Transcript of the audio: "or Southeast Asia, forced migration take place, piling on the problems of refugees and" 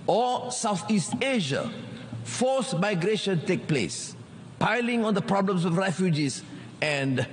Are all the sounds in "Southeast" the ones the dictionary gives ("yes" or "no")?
yes